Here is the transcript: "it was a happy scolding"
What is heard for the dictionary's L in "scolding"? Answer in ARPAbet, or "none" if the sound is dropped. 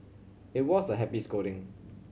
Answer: none